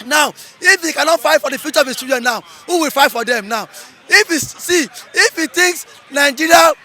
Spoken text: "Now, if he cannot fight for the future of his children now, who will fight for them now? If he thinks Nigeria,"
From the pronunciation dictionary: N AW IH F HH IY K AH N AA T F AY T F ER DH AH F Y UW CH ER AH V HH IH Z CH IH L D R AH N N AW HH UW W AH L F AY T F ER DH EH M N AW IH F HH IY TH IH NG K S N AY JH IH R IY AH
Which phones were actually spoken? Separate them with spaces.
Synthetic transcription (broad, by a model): N AW IH F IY K AH N AA T F AY T F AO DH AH F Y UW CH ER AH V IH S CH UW D AH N N AW HH UW W AH L F AY T F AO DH EH M N AW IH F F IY T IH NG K S N AY JH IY R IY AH